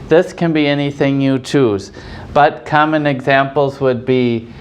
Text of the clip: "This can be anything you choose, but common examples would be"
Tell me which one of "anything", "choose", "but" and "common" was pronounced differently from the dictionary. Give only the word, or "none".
none